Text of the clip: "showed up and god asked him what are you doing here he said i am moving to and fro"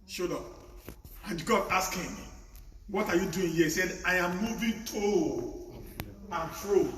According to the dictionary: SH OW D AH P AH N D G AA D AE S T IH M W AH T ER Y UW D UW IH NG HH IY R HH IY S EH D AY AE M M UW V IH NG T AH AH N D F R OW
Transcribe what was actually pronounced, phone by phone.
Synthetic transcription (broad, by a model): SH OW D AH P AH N G AA D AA S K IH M W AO T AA Y UW D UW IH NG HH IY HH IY S EH D AY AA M M UW V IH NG T AH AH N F R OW